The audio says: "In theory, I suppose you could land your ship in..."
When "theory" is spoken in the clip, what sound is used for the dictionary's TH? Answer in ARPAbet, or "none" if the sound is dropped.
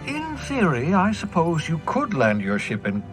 TH